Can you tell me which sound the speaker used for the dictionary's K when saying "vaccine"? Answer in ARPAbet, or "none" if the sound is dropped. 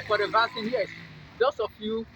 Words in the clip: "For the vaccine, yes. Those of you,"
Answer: none